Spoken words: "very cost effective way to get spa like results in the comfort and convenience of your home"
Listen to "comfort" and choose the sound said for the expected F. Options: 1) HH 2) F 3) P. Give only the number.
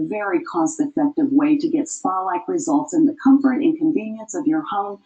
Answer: 2